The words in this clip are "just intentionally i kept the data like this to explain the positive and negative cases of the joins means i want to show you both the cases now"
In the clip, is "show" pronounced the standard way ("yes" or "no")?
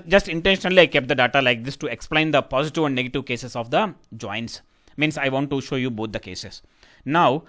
yes